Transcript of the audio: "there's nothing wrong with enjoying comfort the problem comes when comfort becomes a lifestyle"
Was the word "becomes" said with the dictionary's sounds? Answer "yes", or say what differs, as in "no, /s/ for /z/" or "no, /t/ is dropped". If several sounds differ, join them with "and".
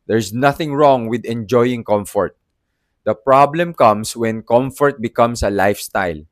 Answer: no, /s/ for /z/